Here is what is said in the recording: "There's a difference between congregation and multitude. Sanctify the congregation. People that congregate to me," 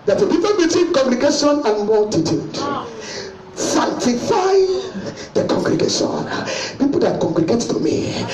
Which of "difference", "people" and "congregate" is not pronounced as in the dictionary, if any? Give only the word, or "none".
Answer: difference